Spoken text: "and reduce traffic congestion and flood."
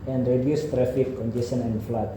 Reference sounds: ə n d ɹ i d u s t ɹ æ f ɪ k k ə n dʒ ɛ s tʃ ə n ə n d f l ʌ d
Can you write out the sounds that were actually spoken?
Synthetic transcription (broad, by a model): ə n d ɹ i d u s t ɹ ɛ f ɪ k k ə n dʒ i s ə n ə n f l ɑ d